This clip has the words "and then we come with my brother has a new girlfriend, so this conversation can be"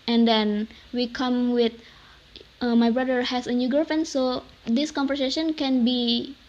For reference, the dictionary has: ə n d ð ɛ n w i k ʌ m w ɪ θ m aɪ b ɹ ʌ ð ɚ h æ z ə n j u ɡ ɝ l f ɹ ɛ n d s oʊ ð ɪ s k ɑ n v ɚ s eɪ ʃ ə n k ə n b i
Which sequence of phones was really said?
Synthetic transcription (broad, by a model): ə n d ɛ n w i k ʌ m w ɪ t m aɪ b ɹ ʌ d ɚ h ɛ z ə n j u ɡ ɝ f ɛ n s oʊ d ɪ s k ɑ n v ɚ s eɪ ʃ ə n k ə n b i